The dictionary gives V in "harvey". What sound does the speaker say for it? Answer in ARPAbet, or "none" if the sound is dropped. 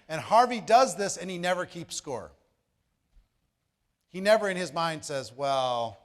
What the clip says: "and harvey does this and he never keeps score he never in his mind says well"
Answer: V